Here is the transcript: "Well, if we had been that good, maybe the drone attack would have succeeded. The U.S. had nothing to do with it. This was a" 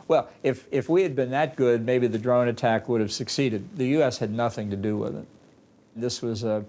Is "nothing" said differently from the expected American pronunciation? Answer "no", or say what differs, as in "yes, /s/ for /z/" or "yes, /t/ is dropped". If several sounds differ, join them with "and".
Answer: no